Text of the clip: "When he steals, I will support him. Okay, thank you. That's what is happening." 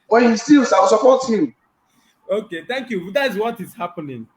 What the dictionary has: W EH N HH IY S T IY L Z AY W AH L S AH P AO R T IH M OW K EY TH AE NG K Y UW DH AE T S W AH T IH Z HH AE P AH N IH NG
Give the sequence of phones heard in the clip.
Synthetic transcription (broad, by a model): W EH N HH IY S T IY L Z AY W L S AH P AO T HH IH M OW K EY T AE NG K Y UW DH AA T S W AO T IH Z HH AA P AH N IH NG